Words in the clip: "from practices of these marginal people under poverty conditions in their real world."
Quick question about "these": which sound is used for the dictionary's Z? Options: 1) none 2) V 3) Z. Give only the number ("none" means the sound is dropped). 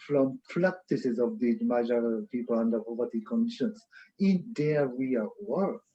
1